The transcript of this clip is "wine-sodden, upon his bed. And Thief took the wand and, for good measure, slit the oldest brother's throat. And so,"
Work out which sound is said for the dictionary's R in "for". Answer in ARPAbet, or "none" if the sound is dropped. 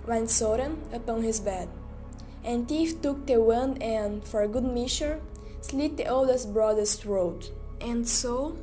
R